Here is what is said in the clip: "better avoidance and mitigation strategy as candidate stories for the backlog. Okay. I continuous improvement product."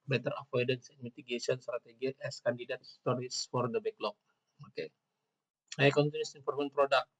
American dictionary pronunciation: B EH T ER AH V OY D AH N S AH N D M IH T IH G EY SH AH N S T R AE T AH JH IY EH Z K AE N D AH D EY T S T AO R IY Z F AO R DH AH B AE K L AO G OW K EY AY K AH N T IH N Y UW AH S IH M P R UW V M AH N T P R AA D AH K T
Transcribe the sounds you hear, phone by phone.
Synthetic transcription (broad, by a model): B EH T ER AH F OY D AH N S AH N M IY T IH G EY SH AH N S T R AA T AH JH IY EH S K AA N D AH D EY T S T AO R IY S F AO R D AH B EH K L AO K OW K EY AY K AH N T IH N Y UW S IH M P AO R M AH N P R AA D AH K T